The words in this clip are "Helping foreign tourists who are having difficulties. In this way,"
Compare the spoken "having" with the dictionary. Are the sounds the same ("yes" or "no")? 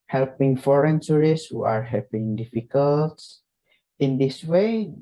no